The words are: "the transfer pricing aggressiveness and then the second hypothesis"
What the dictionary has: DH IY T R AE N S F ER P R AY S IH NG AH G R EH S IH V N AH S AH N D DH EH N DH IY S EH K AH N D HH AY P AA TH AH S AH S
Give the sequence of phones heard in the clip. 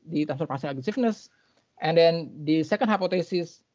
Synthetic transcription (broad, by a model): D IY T AE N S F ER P AY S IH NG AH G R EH S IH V N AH S AH N D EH N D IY S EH K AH N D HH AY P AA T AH S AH S